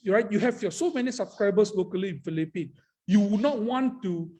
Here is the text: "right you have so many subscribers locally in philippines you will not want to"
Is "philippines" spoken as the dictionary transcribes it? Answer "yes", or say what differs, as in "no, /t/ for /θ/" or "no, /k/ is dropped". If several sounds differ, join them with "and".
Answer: no, /z/ is dropped